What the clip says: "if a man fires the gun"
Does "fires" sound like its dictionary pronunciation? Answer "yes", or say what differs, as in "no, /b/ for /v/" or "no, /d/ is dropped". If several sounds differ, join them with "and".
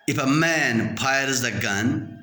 no, /p/ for /f/